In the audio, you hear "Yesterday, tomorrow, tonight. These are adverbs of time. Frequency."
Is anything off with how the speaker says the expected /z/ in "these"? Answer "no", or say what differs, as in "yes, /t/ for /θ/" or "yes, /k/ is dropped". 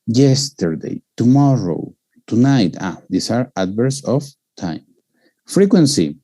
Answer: yes, /s/ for /z/